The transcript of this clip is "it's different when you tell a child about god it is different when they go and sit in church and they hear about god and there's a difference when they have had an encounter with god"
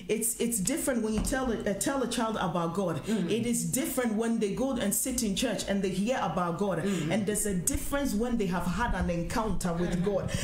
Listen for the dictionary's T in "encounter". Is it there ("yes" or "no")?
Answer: yes